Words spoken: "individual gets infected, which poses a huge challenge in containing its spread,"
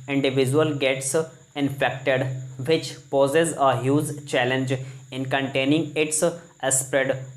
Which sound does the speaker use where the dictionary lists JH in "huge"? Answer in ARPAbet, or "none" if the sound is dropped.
Z